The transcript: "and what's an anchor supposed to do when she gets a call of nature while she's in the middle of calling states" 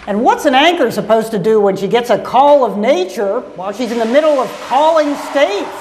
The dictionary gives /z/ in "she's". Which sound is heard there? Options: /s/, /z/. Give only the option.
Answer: /z/